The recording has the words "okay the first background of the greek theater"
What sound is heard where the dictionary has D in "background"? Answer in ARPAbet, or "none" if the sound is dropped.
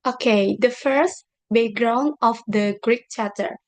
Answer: none